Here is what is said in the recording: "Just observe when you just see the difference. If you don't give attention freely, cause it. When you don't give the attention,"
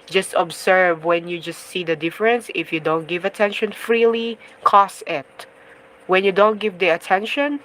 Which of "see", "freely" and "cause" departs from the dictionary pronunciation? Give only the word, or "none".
cause